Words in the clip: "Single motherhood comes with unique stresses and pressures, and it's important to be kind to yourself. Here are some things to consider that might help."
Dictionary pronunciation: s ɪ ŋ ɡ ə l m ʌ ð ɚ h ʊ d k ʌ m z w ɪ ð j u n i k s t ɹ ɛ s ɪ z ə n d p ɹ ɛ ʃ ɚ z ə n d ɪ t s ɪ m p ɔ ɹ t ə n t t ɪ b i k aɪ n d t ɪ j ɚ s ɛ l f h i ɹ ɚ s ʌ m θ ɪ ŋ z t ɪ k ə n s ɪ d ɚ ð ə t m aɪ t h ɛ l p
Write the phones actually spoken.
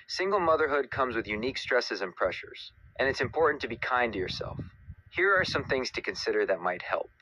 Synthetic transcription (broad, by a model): s ɪ ŋ ɡ l m ʌ ð ɚ h ʊ d k ʌ m z w ɪ ð j u n i k s t ɹ ɛ s ɪ z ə n p ɹ ɛ ʃ ɚ z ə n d ɪ t s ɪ m p ɔ ɹ t n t t ɪ b i k aɪ n t ɪ j ɚ s ɛ l f h i ɹ ɚ s ʌ m θ ɪ ŋ z t ɪ k ə n s ɪ d ɚ ð ə t m aɪ t h ɛ l p